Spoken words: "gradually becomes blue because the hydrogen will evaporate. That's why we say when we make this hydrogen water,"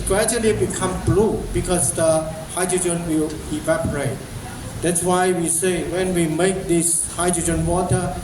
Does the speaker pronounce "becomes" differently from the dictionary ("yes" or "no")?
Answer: yes